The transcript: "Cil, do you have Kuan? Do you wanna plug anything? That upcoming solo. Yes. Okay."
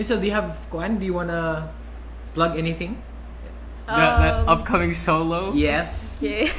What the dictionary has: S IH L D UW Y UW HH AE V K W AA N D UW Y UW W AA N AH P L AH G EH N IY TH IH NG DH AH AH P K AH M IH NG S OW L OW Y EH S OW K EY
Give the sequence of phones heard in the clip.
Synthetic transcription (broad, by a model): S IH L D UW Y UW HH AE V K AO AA N D UW Y UW W AA N AH B L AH G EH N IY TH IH NG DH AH AH P K AH M IH NG S OW L OW Y EH S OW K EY